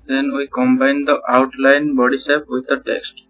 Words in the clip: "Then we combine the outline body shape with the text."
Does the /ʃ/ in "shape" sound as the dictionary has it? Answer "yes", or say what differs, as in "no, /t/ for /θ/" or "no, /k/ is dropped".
no, /s/ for /ʃ/